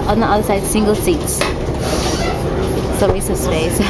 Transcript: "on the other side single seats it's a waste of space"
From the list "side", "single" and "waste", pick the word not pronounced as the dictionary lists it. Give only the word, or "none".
waste